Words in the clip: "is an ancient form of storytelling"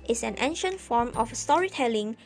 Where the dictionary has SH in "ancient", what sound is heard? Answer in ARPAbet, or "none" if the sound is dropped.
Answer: SH